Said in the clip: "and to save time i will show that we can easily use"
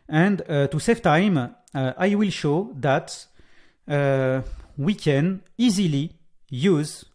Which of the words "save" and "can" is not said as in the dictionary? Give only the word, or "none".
save